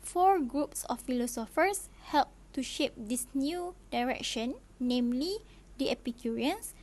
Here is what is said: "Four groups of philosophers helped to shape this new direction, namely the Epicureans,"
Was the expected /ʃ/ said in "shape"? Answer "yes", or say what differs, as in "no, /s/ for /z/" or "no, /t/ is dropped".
yes